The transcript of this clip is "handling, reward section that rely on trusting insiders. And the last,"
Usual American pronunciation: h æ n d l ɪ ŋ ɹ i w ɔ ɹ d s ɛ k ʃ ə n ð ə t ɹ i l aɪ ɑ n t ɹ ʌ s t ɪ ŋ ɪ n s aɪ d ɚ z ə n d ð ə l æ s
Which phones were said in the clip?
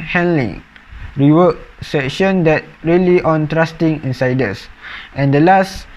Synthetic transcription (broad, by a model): h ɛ n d l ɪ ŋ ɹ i w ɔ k s ɛ k ʃ ə n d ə t ɹ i l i ɑ n t ɹ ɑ s t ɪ ŋ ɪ n s aɪ d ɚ s ə n d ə l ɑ s